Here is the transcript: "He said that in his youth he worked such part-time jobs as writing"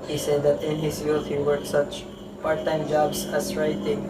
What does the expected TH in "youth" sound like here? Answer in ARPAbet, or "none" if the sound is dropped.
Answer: T